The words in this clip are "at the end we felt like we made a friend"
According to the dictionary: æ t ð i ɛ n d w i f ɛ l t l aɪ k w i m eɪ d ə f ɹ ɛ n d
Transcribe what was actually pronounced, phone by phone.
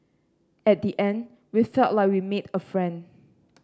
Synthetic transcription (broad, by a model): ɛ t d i ɛ n d w i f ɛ t l aɪ k w i m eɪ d ə f ɹ ɛ n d